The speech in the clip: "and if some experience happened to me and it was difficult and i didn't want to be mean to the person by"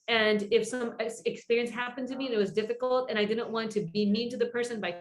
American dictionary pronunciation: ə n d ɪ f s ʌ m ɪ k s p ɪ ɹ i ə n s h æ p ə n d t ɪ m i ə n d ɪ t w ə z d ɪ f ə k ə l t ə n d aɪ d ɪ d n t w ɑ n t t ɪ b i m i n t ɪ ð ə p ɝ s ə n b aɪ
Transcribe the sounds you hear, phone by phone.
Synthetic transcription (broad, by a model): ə n ɪ f s ʌ m ɪ k s p ɪ ɹ i ə n s h æ p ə n t ɪ m i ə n ɪ t w ə z d ɪ f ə k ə l t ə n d aɪ d ɪ d n t w ɑ n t t ɪ b i m i n t ɪ ð ə p ɝ s ə n b aɪ